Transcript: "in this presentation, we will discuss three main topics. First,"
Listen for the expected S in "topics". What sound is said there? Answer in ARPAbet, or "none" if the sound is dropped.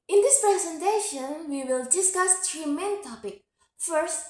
none